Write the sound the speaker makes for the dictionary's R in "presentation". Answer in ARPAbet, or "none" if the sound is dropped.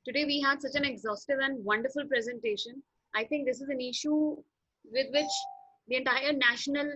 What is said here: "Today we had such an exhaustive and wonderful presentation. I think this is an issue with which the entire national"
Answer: R